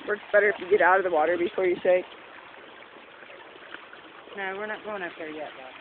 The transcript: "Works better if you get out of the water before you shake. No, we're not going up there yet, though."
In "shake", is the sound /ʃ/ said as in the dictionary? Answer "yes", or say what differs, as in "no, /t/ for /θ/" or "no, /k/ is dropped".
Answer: no, /s/ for /ʃ/